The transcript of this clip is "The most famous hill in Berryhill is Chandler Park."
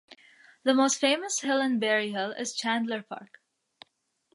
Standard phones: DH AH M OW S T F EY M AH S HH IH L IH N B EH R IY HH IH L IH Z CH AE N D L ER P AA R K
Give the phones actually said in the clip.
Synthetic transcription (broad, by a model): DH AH M OW S T F EY M AH S HH IH L IH N B EH R IY HH IH L IH Z CH AE N D L ER P AA R K